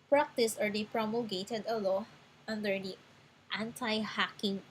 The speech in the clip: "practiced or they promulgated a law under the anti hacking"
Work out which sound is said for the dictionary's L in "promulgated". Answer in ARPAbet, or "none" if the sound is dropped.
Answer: none